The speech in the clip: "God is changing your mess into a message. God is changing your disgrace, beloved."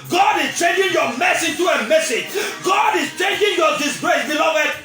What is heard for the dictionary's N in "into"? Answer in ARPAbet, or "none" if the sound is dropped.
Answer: none